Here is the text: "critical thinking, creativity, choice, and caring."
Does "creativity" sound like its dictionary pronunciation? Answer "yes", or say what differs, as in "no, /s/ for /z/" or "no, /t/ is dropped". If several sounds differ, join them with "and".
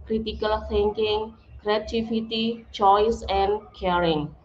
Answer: no, /f/ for /v/